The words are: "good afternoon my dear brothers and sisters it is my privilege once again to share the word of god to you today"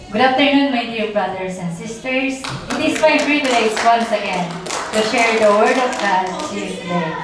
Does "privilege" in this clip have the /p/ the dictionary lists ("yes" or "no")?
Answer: no